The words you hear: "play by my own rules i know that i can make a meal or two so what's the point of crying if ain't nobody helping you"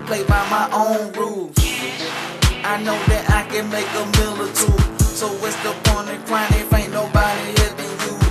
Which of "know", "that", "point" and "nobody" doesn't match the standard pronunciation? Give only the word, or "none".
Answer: point